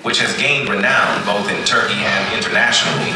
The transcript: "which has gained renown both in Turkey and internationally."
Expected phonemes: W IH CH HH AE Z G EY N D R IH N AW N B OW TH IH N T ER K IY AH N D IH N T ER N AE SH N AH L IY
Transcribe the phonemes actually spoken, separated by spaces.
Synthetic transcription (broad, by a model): W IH CH HH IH Z G EY N D R IH N AW N B OW TH IH N T ER K IY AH N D IH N T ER N AE SH N L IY